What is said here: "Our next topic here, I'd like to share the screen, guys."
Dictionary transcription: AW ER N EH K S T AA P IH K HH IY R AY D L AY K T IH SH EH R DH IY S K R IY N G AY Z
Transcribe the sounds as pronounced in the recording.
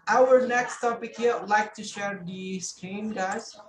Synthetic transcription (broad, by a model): AW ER N EH K S T AA P IH K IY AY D L AY K T IH SH EH R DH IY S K R IY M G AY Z